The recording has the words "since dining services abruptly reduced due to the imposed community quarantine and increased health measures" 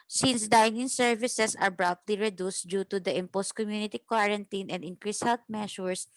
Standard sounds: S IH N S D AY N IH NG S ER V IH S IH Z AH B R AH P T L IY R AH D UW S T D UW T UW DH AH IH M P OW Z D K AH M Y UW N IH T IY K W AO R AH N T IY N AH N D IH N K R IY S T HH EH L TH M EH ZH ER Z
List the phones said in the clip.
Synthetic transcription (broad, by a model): S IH N S D AY N IH NG S ER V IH S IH S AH B R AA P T L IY R AH D UW S T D UW T UW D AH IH M P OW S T K AH M Y UW N IH T IY K W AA R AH N T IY N AH N D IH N K R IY S HH EH L T M EH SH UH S